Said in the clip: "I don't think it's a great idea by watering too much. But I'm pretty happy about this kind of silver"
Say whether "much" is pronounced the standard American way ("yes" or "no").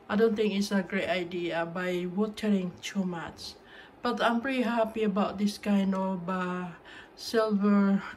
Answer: no